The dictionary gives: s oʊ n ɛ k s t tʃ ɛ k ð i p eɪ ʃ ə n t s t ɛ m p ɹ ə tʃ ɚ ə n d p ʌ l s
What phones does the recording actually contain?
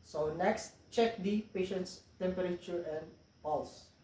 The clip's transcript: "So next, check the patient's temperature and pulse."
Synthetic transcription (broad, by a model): s oʊ n ɛ k s t tʃ ɛ k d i p eɪ ʃ ə n t s t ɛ m p ɹ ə tʃ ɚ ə n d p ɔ l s